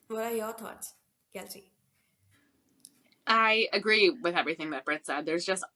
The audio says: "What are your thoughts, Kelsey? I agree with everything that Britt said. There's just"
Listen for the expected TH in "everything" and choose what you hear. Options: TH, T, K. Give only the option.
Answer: TH